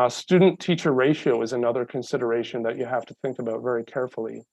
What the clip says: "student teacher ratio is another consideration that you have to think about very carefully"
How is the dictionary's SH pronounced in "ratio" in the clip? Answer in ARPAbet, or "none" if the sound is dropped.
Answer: SH